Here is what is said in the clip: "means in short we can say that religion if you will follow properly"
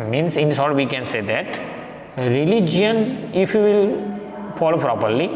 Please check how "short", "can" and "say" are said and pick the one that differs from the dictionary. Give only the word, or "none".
short